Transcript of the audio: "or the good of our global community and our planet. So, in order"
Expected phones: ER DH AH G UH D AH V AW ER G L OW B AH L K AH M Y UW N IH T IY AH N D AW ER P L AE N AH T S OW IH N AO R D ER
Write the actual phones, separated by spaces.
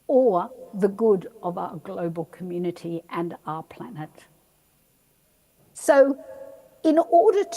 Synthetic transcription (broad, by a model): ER DH AH G UH D AH V AW ER G L OW B AH L K AH M Y UW N IH T IY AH N AW ER P L AE N AH T S OW IH N AO R D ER